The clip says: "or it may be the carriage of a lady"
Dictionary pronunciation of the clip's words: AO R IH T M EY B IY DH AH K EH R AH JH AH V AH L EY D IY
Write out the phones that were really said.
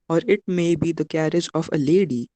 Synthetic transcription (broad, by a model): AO R IH T M EY B IY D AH K EH R AH JH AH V AH L EY D IY